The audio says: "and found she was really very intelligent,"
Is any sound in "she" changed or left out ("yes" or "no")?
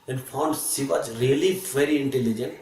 yes